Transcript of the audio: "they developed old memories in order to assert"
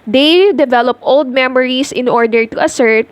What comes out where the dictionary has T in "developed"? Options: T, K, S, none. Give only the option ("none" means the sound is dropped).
T